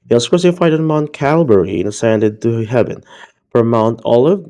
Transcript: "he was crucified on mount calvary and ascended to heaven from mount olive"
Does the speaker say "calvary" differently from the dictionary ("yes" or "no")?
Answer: yes